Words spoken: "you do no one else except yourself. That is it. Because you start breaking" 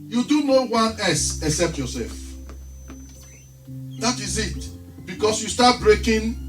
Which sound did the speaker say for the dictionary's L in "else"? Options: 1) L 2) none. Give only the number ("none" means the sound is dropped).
2